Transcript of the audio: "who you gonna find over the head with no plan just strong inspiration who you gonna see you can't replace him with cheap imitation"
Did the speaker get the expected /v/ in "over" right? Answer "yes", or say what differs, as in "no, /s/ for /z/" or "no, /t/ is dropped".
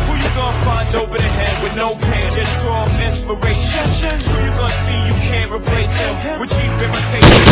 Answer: no, /p/ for /v/